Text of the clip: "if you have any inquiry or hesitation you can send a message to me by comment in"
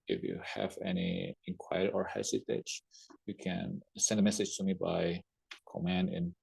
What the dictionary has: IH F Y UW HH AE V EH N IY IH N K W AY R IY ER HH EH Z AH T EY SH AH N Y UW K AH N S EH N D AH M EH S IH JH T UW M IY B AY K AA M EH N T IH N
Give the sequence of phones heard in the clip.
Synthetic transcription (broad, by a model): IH F Y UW HH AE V EH N IY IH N K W AY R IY ER HH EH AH S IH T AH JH Y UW K AH N S EH N D AH M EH S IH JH T UW M IY B AY K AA M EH N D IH N